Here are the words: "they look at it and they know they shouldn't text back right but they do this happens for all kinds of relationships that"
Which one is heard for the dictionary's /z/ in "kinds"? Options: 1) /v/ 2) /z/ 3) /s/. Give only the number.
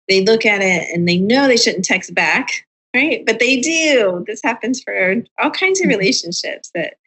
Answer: 2